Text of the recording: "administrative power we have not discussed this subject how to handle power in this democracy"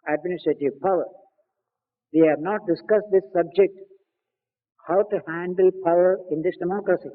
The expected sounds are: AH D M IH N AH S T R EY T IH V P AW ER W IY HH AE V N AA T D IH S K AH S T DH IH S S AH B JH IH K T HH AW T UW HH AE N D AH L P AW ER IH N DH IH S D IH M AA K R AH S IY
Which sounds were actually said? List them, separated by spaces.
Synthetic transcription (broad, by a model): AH D M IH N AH S T R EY T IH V P AW ER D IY HH AE V N AA T D IH S K AH S T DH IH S S AH B JH IH K T HH AW T UW HH AE N D AH L P AW ER IH N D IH S D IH M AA K R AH S IY